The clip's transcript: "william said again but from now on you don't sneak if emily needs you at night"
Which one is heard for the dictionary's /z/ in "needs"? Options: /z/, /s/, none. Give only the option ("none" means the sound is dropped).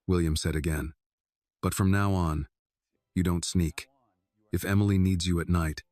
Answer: /z/